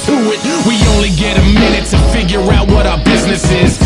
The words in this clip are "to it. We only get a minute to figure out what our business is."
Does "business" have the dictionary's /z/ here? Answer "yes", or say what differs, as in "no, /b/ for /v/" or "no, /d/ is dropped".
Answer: yes